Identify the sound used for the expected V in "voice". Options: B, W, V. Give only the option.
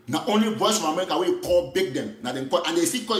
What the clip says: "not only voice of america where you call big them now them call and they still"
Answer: B